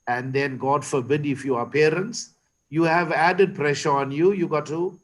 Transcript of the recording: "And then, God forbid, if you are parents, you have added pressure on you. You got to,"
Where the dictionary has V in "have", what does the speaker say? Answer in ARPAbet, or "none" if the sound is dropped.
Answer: V